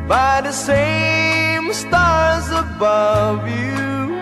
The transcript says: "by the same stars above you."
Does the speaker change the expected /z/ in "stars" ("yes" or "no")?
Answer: no